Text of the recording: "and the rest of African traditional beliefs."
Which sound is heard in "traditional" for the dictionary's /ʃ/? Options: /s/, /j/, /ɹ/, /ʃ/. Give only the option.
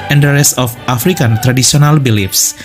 /s/